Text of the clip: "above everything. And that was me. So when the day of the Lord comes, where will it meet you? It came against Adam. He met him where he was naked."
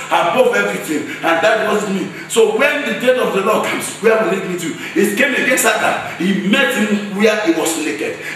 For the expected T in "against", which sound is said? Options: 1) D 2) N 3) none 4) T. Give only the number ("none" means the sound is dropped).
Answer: 3